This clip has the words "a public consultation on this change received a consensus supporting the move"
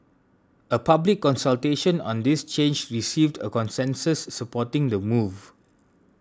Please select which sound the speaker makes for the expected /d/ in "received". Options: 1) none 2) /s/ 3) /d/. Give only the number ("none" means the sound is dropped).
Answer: 3